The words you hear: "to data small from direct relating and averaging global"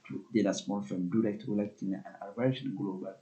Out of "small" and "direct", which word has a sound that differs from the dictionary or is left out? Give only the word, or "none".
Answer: none